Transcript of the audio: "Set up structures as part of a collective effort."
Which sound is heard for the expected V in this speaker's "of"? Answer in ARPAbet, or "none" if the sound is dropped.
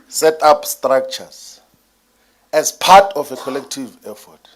F